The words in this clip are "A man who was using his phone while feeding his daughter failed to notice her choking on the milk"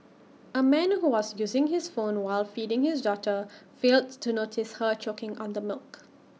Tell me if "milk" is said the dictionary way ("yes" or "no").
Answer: yes